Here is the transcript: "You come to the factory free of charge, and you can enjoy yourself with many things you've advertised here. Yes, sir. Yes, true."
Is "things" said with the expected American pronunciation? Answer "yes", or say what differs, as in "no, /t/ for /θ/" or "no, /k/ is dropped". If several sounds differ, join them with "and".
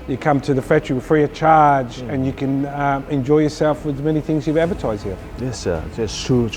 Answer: yes